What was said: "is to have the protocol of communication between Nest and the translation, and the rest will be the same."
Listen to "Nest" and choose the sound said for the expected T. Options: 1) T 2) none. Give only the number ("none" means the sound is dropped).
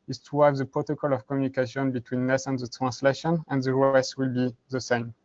2